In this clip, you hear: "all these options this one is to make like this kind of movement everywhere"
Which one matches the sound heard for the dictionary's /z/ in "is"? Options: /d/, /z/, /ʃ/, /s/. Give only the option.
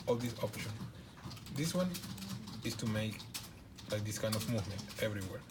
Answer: /s/